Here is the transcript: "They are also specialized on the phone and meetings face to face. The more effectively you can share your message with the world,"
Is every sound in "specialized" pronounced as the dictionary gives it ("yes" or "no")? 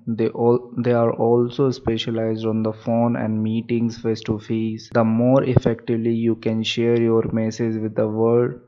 yes